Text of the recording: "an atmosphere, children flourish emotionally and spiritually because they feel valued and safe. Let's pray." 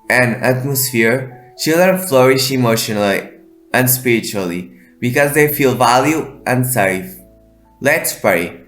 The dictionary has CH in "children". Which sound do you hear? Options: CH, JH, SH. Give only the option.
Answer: CH